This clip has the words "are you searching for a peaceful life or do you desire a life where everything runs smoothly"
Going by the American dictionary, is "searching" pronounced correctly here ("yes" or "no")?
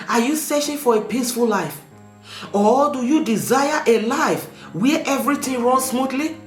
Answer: no